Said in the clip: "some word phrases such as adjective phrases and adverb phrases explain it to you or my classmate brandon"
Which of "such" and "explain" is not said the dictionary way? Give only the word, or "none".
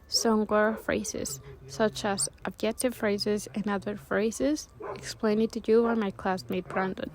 none